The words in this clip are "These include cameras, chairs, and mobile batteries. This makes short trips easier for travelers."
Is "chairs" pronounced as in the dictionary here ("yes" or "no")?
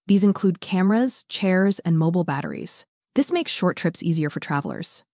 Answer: yes